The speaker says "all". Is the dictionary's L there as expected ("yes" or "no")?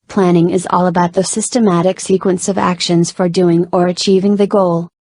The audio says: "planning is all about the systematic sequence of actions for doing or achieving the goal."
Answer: yes